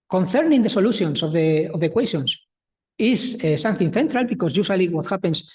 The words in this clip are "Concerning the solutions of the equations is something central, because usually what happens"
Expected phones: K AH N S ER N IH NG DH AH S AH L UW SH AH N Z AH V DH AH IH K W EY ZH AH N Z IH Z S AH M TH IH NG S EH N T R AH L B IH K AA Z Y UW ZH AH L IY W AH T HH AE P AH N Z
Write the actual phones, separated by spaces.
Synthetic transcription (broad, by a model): K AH N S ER N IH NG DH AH S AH L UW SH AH N S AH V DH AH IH K W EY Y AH N S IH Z S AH M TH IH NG TH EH N T R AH L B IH K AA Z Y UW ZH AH L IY W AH T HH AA P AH N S